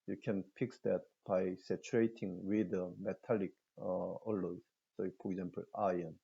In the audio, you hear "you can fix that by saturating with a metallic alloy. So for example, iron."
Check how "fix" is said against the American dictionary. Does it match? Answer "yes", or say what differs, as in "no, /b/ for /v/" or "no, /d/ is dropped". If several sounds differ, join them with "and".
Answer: no, /p/ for /f/